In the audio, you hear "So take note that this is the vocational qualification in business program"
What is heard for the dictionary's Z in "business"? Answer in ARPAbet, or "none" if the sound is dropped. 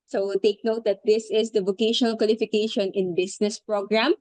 S